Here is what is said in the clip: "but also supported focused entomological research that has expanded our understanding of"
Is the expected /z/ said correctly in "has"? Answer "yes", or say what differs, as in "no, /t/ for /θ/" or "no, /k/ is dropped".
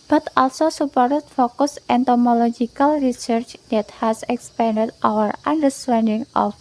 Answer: no, /s/ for /z/